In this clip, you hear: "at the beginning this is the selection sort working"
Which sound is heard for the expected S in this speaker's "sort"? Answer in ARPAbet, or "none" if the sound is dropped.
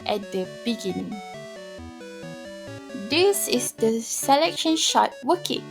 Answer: SH